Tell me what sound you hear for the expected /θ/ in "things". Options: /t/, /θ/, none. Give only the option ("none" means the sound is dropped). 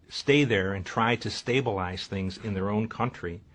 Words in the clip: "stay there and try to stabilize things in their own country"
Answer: /θ/